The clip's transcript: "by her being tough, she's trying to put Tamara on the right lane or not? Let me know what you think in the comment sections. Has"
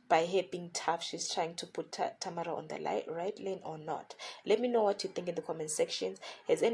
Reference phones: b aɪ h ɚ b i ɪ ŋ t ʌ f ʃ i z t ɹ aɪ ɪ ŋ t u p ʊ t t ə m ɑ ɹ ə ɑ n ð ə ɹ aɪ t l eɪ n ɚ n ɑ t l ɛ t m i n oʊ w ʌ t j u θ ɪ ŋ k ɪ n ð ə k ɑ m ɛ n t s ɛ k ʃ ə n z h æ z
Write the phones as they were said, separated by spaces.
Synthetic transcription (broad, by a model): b aɪ h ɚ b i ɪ ŋ t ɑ f ʃ i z t ɹ aɪ ɪ ŋ t u p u t t ə m ɑ ɹ ə ɑ n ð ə ɹ aɪ t l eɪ n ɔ n ɑ t l ɛ t m i n oʊ w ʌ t j u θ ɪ ŋ k ɪ n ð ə k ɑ m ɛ n s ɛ k ʃ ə n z h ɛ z